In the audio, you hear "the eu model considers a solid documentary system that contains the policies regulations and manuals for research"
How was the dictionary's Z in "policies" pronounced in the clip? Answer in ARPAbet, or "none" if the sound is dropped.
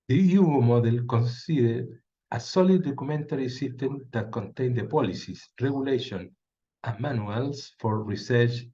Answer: S